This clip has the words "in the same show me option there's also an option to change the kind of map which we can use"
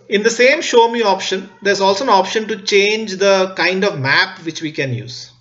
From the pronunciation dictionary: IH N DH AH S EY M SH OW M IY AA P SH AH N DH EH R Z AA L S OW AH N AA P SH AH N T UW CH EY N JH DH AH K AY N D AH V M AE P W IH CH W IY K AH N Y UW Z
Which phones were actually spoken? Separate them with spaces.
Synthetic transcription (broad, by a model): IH N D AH S EY M SH OW M IY AA P SH AH N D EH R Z AA L S OW AH N AA P SH AH N T UW CH EY N JH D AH K AY N D AH V M AE P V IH CH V IY K AH N Y UW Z